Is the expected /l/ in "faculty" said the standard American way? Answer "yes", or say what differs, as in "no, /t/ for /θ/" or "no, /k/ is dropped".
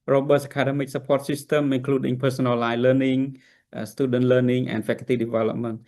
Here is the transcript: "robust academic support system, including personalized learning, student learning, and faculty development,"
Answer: no, /l/ is dropped